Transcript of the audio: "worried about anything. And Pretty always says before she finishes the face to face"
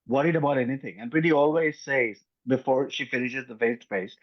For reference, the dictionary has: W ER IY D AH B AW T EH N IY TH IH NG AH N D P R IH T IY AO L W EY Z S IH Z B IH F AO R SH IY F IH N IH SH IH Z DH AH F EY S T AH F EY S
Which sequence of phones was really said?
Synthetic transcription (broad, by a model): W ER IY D AH B AW T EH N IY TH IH NG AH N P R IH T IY AO L W EY Z S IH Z B IH F AO R SH IY F IH N IH SH IH Z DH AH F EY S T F EY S